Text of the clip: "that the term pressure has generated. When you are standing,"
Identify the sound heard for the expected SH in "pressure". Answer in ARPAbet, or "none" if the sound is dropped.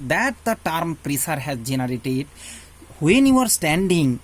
S